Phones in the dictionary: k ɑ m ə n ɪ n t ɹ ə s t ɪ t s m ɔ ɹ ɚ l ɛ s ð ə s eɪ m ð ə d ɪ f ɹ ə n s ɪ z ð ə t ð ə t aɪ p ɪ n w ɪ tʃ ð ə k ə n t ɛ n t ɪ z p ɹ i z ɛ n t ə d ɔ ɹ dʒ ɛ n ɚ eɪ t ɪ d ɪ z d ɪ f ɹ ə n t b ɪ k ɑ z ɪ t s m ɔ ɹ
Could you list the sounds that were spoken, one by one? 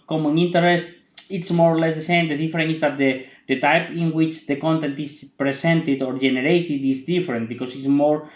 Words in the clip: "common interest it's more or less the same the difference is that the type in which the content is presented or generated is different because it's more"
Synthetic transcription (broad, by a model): k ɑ m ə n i n t ɹ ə s t ɪ t s m ɔ ɹ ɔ l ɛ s ð ə s eɪ m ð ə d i f ɹ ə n ɪ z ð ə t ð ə t aɪ p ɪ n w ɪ tʃ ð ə k ə n t ɛ n t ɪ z p ɹ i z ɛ n t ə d ɔ ɹ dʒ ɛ n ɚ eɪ t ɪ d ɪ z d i f ɹ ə n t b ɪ k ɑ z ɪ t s m ɔ ɹ